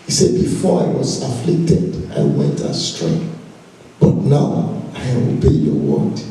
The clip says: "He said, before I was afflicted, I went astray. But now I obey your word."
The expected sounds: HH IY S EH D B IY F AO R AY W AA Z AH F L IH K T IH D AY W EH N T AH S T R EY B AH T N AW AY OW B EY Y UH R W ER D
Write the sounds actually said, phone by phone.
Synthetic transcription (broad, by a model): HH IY S EH D B IY F AO R AY W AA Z AH F L IH K T IH D AY W EH N T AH S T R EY B AH T N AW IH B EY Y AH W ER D